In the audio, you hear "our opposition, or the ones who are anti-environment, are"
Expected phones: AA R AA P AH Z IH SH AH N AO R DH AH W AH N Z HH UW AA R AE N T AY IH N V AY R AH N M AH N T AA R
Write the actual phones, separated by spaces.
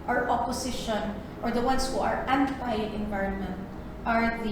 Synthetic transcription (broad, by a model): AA R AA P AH S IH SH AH N AO R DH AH W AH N S HH UW AA R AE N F AY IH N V AY R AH N M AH N T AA R